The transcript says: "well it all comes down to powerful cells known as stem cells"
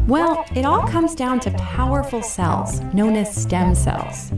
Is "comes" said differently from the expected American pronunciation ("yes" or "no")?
no